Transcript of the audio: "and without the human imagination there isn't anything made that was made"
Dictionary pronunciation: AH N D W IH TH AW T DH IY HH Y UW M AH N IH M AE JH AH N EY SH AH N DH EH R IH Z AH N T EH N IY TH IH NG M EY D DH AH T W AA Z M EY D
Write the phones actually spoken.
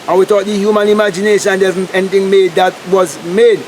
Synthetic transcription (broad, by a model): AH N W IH T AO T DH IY HH Y UW M AH N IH M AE JH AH N EY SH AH N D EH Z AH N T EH N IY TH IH NG M EY D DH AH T W AA Z M EY D